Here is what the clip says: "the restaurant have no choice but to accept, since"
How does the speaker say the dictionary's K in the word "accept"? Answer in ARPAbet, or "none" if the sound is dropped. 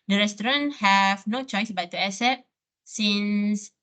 none